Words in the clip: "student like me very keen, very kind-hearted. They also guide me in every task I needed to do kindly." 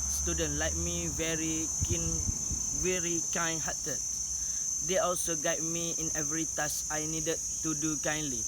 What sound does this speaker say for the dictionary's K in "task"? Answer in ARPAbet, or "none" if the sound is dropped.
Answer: none